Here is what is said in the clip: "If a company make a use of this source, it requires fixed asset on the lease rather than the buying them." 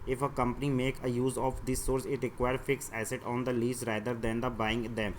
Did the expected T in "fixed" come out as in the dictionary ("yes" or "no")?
no